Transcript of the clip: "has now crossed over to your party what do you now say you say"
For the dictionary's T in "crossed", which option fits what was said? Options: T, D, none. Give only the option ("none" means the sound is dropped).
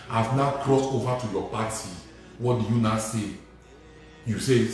T